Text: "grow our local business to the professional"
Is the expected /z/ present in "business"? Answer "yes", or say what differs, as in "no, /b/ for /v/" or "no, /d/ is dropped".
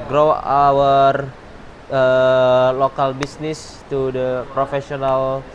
no, /s/ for /z/